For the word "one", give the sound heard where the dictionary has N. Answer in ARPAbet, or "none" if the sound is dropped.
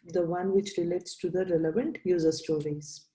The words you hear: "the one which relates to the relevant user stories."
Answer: N